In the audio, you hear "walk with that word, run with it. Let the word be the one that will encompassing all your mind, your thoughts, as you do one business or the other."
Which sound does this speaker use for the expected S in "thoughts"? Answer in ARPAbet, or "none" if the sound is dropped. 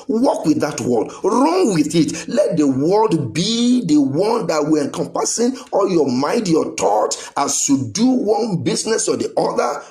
none